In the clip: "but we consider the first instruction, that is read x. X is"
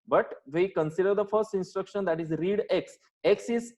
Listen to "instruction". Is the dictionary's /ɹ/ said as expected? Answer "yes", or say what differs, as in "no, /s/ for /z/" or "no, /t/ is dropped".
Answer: yes